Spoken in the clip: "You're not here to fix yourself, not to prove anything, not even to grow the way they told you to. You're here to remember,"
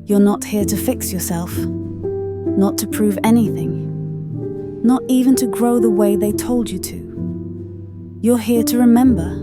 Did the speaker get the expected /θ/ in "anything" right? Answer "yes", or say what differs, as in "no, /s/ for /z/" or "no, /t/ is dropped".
yes